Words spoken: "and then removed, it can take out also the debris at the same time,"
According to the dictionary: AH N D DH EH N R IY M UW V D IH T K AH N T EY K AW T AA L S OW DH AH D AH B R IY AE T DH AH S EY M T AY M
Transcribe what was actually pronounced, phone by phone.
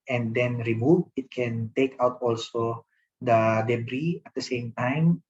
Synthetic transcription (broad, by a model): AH N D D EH N R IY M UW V IH T K AH N T EY K AW T AA L S OW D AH D AH B R IY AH T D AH S EY M T AY M